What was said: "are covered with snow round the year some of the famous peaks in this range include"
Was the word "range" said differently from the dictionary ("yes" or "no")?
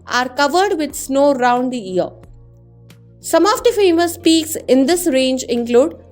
no